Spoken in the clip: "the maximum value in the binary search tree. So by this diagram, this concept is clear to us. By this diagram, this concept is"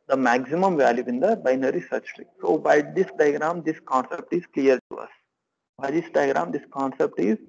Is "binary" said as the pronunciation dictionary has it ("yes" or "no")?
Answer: yes